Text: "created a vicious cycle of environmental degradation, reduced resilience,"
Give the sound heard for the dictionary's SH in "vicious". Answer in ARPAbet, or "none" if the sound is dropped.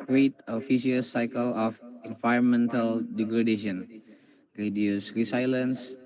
none